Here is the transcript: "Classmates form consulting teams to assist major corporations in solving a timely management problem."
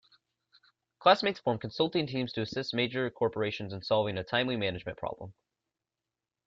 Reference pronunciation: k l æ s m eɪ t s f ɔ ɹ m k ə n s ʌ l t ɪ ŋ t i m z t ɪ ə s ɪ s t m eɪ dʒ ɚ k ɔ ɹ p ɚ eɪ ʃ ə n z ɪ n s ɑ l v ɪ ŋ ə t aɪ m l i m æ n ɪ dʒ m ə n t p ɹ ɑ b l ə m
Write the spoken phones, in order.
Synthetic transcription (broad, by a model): k l æ s m eɪ t s f ɔ ɹ m k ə n s ʌ l t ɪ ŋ t i m z t ɪ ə s ɪ s t m eɪ dʒ ɚ k ɔ ɹ p ɚ eɪ ʃ ə n z ɪ n s ɑ l v ɪ ŋ ə t aɪ m l i m æ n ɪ dʒ m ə n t p ɹ ɑ b l ə m